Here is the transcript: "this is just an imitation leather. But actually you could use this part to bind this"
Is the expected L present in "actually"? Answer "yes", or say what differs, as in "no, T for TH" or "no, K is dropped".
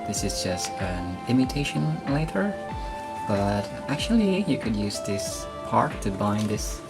yes